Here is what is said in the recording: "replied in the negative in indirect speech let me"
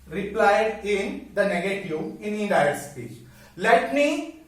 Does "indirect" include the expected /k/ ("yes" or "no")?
no